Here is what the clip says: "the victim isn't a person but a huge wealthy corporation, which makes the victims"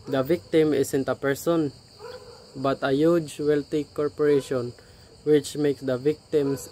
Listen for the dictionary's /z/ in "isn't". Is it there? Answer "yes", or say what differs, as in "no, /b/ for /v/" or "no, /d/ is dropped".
no, /s/ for /z/